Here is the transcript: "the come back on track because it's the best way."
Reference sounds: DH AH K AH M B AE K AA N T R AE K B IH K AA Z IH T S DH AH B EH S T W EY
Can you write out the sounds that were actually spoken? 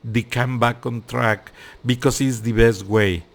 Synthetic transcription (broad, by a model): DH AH K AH M B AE K AA N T R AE K B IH K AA S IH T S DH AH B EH S T W EY